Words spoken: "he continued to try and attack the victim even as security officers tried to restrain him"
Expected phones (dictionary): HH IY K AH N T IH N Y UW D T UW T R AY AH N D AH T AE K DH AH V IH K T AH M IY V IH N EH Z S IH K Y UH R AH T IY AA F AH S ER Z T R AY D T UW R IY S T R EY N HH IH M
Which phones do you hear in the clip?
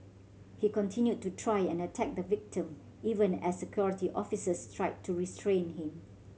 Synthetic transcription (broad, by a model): HH IY K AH N T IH N Y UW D T UW T R AY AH N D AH T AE K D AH V IH K T AH M IY V IH N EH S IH K Y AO R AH T IY AA F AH S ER S T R AY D T UW R IY S T R EY N HH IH M